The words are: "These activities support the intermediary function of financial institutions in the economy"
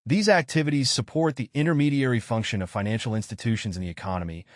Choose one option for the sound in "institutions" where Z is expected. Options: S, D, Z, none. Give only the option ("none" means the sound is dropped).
Z